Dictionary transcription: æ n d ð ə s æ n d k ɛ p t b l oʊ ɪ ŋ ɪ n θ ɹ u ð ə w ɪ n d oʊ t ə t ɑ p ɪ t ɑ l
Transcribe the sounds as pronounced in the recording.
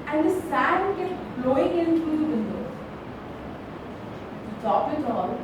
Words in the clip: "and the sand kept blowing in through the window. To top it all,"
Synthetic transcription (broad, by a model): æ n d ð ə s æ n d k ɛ t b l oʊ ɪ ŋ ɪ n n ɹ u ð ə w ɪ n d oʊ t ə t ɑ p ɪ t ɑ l